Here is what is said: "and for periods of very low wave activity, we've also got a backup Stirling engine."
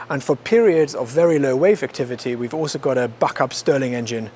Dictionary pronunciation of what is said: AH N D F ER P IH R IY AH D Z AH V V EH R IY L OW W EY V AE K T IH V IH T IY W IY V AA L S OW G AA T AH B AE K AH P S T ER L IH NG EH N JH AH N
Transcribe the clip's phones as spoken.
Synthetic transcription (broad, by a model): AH N F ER P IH R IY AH D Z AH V V EH R IY L OW W EY V AE K T IH V IH T IY W IY V AA L S OW G AA T AH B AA K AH P S T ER L IH NG EH N JH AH N